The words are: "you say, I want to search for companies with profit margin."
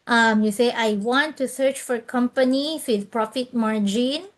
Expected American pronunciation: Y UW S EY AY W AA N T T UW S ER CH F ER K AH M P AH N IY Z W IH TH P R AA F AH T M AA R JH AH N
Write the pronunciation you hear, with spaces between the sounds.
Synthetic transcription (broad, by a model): Y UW S EY AY W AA N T T UW S ER CH F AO K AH M P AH N IY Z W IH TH P R AA F AH T M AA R JH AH N